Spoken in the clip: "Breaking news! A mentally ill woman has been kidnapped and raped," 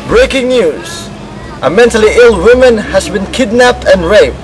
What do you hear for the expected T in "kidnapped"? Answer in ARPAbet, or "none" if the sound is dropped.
T